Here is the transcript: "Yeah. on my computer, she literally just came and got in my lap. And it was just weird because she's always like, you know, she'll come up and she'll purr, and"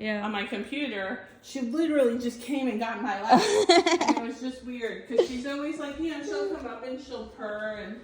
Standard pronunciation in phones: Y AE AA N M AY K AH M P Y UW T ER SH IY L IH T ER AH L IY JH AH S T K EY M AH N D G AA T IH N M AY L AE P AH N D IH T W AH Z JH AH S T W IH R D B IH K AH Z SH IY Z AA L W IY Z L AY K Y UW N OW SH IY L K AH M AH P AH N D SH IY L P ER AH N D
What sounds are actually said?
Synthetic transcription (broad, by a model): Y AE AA N M AY K AH M P Y UW T ER SH IY L IH T ER L IY JH AH S K EY M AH N G AA T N M AY L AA AH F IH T W AH Z JH AH S T W IH R D K AH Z SH IY Z AA L W IY Z L AY K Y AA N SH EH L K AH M AH P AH N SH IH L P ER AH N